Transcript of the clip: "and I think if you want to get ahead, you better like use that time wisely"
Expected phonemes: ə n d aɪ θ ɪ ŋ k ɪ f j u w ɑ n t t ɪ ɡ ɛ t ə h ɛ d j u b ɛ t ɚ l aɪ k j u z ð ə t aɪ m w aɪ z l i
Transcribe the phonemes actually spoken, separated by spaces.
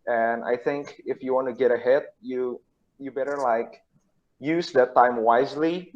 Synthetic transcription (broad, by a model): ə n aɪ θ ɪ ŋ k ɪ f j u w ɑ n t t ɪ ɡ ɛ t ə h ɛ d j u b ɛ t ɚ l aɪ k j u z ð ə t aɪ m w aɪ z l i